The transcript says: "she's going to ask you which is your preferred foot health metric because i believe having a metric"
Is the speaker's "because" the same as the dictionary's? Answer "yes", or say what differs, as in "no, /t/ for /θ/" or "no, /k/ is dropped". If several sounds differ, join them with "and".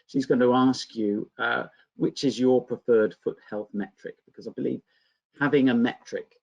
yes